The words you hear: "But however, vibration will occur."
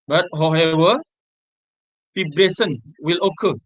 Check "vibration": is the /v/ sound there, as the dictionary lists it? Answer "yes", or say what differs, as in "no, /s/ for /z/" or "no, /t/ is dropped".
no, /f/ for /v/